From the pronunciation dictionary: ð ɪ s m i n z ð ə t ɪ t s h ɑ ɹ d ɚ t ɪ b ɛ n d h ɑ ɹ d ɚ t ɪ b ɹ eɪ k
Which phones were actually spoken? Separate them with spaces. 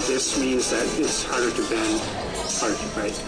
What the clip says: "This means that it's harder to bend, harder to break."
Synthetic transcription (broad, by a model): ð ɪ s m i n z ð ə t ɪ t s h ɑ ɹ d ɚ t ɪ b ɛ n d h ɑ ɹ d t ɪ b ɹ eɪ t